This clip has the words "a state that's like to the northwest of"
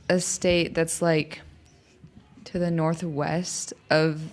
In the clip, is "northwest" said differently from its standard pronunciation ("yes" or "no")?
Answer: no